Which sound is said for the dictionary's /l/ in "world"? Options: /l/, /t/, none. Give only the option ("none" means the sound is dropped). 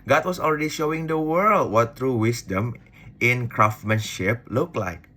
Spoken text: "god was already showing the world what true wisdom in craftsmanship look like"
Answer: /l/